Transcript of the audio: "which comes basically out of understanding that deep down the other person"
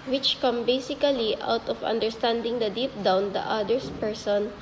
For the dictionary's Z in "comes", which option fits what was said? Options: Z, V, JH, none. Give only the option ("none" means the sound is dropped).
none